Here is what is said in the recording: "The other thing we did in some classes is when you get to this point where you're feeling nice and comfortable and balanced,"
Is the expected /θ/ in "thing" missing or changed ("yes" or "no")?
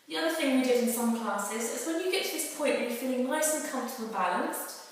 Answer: no